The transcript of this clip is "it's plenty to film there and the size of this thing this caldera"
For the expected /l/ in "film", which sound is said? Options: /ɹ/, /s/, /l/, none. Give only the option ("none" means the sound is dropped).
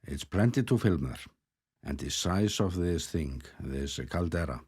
/l/